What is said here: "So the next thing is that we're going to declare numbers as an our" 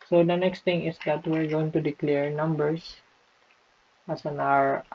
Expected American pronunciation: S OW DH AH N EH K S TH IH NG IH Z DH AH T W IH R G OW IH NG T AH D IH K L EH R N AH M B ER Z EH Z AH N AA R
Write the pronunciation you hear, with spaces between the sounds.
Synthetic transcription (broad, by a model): S OW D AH N EH K S T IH NG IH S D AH T W IH R G OW IH NG T AH D IH K L EH R N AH M B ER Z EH S AH N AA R